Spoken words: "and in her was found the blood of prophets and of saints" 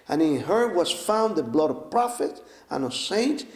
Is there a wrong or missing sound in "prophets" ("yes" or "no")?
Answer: yes